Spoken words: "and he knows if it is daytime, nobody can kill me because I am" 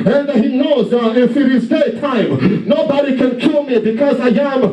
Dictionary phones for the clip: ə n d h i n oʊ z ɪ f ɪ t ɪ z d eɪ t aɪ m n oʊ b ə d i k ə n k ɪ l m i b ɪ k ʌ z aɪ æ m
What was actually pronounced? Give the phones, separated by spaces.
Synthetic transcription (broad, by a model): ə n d h i n oʊ z ɪ f ɪ t ɪ z d eɪ t aɪ m n oʊ b ə d i k ə n k ɪ l m i b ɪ k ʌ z aɪ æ m